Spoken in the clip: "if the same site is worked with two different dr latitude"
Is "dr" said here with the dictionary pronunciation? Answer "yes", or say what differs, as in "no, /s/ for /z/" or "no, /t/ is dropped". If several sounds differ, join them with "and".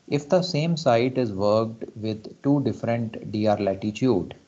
no, /k/ is dropped